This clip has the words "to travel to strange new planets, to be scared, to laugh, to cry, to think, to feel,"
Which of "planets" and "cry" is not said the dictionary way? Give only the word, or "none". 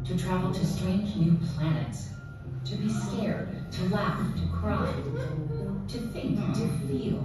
none